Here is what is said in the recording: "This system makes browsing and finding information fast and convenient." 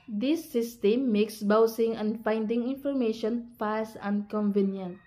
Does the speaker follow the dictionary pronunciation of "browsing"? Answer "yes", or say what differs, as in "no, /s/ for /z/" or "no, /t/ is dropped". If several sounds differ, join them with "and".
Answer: no, /ɹ/ is dropped and /s/ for /z/